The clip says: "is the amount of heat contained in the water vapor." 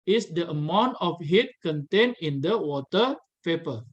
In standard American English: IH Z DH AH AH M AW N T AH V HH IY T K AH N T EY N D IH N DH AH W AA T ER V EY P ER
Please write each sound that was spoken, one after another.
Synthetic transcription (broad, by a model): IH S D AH AH M AW N T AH F HH IY T K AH N T EY N IH N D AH W AA T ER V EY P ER